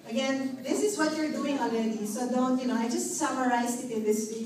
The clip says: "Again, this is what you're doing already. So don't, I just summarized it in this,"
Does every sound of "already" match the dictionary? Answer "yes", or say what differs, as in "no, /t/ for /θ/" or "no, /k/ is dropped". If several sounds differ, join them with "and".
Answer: no, /l/ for /ɹ/